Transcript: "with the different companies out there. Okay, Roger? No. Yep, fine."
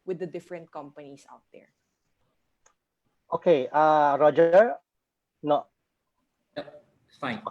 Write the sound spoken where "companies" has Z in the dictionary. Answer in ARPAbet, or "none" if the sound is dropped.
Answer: S